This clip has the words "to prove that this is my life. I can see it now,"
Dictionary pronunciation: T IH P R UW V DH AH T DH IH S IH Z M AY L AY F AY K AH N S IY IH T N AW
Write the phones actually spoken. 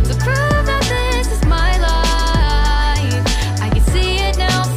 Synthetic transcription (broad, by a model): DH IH P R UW F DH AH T DH IH S IH Z M AY L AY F AY K AH N S IY IH T N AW